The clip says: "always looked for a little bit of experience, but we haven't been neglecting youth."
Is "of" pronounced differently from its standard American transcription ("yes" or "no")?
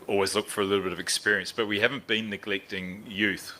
no